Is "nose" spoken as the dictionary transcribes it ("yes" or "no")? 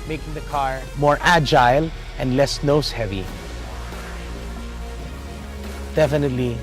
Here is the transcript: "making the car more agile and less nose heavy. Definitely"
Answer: no